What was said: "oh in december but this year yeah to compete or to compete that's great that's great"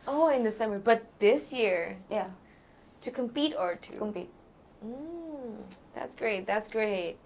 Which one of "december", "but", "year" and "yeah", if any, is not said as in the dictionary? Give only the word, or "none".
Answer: december